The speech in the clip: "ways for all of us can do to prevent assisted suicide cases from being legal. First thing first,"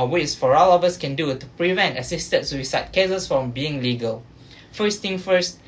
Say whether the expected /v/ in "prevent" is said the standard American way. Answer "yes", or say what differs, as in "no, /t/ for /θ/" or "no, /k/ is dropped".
yes